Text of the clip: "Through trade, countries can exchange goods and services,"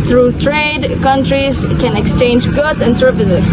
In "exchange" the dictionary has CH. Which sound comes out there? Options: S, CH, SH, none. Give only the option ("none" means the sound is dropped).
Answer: CH